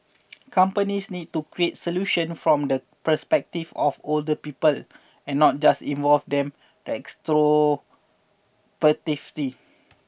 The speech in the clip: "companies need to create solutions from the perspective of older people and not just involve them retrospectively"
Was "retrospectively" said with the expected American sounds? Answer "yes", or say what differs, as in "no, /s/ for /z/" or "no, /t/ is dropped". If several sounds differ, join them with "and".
no, /s/ is dropped and /k/ is dropped